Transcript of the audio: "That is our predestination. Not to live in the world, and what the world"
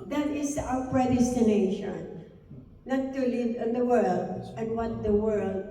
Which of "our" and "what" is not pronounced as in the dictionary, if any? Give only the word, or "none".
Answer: our